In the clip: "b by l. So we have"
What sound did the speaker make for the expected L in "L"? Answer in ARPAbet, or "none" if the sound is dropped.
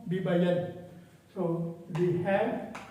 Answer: N